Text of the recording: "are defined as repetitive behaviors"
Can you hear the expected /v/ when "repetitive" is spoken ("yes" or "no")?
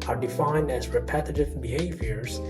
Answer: yes